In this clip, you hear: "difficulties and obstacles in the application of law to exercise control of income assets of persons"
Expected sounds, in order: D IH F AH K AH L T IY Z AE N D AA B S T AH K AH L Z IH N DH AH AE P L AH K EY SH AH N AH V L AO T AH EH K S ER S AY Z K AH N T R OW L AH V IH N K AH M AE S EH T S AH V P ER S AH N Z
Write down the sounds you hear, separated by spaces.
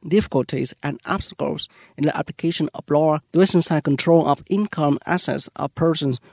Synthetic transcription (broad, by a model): D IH F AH K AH L T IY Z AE N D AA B S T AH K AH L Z IH N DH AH AE P L AH K EY SH AH N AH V L AO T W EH S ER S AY K AH N T R OW L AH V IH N K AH M AE S EH T S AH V P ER S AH N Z